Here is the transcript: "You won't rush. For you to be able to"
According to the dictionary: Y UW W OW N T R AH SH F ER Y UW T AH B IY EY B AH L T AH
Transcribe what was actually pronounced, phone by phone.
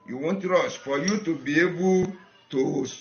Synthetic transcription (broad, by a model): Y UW W OW N T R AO S F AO Y UW T AH B IY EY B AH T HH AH